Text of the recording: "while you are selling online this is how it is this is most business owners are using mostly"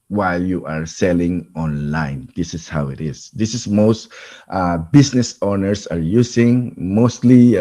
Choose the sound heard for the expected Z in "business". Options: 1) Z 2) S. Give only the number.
2